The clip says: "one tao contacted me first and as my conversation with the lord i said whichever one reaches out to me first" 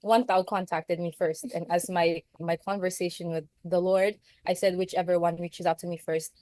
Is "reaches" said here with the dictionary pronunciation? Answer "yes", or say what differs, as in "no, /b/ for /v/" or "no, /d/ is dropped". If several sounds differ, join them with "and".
yes